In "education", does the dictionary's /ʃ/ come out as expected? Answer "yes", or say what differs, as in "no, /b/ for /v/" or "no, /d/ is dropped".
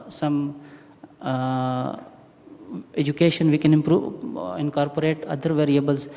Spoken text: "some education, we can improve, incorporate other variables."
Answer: yes